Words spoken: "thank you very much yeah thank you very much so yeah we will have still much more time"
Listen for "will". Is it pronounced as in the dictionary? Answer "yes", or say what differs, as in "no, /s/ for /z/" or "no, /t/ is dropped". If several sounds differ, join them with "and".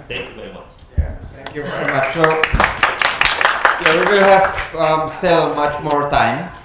no, /n/ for /l/